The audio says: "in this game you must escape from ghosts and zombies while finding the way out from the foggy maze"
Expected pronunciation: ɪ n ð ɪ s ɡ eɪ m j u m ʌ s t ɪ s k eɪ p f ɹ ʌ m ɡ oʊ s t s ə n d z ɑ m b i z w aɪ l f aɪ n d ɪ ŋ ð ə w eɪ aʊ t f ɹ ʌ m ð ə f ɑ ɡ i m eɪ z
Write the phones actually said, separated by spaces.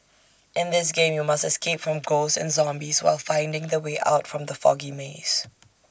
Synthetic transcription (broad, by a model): ɪ n ð ɪ s ɡ eɪ m j u m ʌ s t ɪ s k eɪ p f ɹ ʌ m ɡ oʊ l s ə n z ɑ m b i z w aɪ l f aɪ n d ɪ ŋ ð ə w eɪ aʊ t f ɹ ʌ m ð ə f ɑ ɡ i m eɪ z